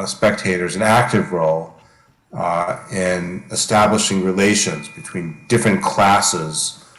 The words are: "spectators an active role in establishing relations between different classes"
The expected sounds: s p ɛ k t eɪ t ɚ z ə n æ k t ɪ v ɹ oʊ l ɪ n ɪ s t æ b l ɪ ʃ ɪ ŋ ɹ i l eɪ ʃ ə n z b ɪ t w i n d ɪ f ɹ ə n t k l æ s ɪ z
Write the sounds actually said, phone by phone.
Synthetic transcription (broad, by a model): s p ɛ k t eɪ t ɚ z ə n æ k t ɪ v ɹ oʊ l ɪ n ɪ s t æ b l ɪ ʃ ɪ ŋ ɹ i l eɪ ʃ ə n z b ɪ t w i n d ɪ f ɹ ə n k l æ s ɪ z